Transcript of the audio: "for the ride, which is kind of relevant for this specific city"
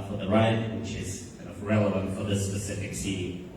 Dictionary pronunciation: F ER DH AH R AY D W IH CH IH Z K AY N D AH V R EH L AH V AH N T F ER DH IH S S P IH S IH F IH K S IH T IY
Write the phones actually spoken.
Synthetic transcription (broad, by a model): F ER DH AH R AY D W IH CH IH Z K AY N AH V R EH L AH V AH N T F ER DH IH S S P IH S IH F IH K S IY